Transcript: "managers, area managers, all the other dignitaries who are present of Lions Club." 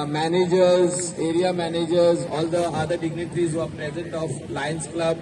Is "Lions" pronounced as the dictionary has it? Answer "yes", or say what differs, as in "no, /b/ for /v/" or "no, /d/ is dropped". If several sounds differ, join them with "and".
no, /s/ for /z/